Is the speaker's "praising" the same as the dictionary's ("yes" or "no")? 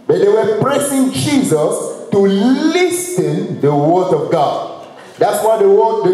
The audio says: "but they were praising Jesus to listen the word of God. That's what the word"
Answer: no